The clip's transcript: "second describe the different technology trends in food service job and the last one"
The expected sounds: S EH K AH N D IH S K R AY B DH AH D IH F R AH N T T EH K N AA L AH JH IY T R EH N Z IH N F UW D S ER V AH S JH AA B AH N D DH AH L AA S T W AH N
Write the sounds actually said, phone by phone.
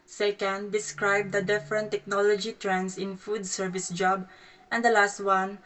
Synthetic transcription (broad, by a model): S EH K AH N D IH S K R AY B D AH D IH F R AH N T T EH K N AA L AH JH IY T R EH N S IH N F UW D S ER V AH S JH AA B AH N D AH L AA S T W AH N